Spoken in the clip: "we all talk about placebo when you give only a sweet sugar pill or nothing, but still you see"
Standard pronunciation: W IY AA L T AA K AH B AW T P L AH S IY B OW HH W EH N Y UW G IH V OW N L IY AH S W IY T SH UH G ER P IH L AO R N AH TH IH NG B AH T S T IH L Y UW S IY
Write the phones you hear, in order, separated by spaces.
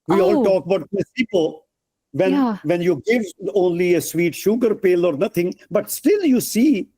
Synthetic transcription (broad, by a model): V IY AA L T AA K AH B AW T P AH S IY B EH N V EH N Y UW G IH V OW N L IY AH S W IY T SH UH G ER P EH L AO R N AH T IH NG B AH T S T IH L Y UW S IY